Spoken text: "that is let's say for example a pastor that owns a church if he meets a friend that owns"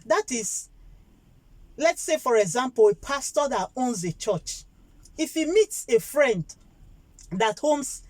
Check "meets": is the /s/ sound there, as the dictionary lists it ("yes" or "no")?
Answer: yes